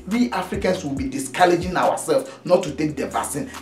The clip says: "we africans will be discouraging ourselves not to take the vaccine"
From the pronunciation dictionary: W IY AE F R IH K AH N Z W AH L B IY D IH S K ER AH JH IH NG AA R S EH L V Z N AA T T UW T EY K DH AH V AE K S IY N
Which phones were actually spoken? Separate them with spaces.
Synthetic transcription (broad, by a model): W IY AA F R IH K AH N S W AH L B IY D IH S K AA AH JH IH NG AA W S EH L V N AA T T UW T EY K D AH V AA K S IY N